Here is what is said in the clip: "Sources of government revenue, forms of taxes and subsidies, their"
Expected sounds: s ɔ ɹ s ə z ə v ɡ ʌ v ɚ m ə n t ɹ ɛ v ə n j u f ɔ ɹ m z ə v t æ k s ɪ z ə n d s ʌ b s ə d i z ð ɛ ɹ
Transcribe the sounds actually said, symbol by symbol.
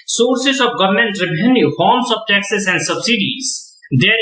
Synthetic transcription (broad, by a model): s ɔ ɹ s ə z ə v ɡ ʌ v ɚ m ə n t ɹ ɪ b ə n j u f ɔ ɹ m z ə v t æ k s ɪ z ə n d s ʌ b s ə d i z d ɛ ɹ